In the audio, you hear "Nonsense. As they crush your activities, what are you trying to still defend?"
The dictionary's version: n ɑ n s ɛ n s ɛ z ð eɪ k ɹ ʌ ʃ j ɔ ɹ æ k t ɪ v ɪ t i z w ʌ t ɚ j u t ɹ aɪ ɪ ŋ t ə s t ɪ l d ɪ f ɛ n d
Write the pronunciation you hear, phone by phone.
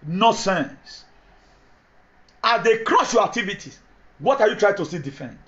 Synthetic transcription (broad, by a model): n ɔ s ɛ n s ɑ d eɪ k ɹ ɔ s j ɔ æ k t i v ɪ t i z w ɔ t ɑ j u t ɹ aɪ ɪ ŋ t ə s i d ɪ f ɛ n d